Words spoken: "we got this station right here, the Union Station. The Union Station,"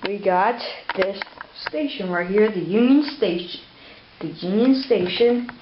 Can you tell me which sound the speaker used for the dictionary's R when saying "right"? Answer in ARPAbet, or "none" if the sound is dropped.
W